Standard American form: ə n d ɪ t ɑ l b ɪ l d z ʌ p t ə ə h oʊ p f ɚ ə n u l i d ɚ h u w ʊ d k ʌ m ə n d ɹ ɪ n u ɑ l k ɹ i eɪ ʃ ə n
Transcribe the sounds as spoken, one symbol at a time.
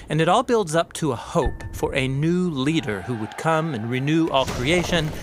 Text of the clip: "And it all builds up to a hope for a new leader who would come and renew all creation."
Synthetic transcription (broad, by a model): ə n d ɪ t ɑ l b ɪ l d z ʌ p t ə ə h oʊ p f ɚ ə n u l i d ɚ h u w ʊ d k ʌ m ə n ɹ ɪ n u ɑ l k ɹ i eɪ ʃ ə n